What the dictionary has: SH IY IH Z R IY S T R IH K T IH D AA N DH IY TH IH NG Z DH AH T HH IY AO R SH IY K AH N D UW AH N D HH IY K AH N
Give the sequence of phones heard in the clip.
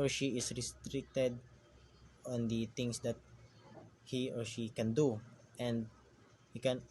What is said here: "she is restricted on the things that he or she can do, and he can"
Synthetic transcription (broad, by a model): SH IY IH S R IY S T R IH K T IH D AA N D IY T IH NG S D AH T HH IY AO R SH IY K AH N D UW AH N D HH IY K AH N